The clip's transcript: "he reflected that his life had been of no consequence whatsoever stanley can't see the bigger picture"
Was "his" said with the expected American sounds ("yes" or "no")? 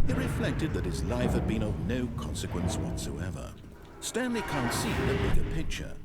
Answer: yes